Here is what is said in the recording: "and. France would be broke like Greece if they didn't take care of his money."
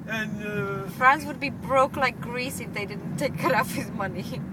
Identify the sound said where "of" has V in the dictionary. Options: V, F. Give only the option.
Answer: F